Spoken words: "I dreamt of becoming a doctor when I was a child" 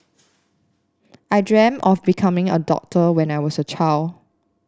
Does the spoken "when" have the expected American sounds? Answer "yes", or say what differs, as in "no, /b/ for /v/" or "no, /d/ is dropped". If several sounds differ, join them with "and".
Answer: yes